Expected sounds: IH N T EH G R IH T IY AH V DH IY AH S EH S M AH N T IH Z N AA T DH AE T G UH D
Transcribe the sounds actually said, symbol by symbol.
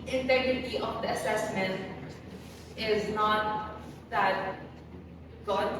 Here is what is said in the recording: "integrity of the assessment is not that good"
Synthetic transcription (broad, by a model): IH N T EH G R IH T IY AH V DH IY AH S EH S M AH N T IH Z N AA T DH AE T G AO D